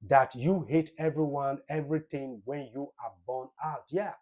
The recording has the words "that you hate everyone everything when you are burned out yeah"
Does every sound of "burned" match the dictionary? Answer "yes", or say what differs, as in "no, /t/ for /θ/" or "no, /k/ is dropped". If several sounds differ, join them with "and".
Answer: no, /d/ is dropped